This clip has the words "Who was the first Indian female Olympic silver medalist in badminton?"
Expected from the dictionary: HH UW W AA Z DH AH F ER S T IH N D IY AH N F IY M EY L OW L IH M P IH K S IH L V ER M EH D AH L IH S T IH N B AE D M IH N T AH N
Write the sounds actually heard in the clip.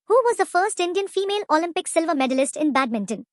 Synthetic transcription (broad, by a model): HH UW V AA Z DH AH F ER S T IH N D IY AH N F IY M EY L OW L IH M P IH K S IH L V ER M EH D AH L IH S T IH N B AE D M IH N T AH N